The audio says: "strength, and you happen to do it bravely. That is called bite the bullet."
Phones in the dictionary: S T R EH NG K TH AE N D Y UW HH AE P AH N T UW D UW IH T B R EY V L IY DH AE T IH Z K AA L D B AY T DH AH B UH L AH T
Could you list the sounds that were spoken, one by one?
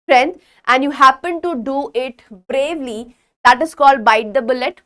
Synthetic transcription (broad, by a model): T R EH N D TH AE N D Y UW HH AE P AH N T UW D UW IH T B R EY V L IY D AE T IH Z K AA L D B AY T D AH B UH L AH T